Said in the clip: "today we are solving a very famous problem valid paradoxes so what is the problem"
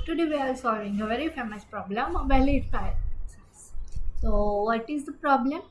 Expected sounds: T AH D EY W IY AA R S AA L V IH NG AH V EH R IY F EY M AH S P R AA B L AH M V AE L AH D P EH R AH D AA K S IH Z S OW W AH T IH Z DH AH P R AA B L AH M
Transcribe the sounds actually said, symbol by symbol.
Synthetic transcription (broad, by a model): T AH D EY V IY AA L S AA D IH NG AH V EH R IY F EY M AH S P R AA B L AH M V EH L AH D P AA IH S OW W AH T IH Z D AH P R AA B L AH M